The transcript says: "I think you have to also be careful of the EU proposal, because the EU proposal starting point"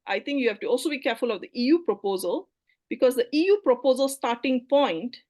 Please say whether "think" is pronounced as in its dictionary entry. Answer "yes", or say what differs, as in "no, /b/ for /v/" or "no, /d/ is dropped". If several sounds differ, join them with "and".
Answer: no, /t/ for /θ/